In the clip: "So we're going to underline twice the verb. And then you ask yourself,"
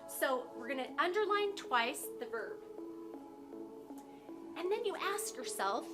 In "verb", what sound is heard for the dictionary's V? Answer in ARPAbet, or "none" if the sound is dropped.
V